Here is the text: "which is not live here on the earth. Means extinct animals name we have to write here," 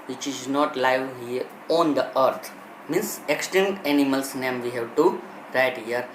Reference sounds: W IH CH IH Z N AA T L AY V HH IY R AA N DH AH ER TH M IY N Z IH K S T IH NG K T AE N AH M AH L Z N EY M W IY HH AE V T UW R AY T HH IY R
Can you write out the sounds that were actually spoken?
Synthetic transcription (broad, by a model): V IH CH IH Z N AA T L AY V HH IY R AA N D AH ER T M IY N S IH K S T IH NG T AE N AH M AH L S N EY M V IY HH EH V T UW R AY T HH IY R